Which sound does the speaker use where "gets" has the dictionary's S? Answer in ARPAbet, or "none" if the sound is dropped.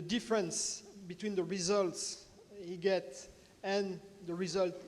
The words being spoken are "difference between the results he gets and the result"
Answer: none